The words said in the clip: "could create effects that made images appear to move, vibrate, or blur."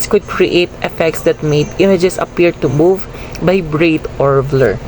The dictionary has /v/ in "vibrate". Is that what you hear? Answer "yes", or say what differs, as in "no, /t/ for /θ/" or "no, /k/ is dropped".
no, /b/ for /v/